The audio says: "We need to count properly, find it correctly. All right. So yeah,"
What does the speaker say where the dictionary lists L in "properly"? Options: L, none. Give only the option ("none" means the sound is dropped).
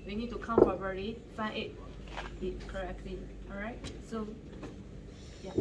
none